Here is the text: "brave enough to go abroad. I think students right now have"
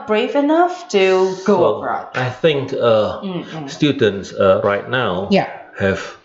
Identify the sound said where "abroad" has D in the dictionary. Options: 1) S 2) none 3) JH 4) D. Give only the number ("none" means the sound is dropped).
2